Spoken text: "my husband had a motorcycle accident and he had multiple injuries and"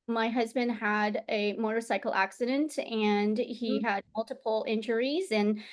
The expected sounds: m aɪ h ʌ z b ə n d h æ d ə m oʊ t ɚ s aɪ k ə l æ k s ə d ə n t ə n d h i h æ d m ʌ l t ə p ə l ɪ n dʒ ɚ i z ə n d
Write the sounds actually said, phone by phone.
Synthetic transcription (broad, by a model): m aɪ h ʌ z b ə n d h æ d ə m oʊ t ɚ s aɪ k l æ k s ə d ə n t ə n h i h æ d m ʌ l t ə p l ɪ n dʒ ɚ i z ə n